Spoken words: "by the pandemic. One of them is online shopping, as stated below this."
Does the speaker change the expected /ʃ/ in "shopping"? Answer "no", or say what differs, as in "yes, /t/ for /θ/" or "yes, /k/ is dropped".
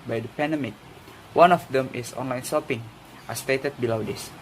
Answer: yes, /s/ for /ʃ/